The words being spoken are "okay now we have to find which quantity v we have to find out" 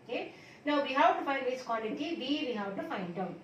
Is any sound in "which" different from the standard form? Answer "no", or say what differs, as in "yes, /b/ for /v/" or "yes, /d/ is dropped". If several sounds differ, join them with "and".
yes, /s/ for /tʃ/